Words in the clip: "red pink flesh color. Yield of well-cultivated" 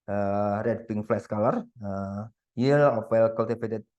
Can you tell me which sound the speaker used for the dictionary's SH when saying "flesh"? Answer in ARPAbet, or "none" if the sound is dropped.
S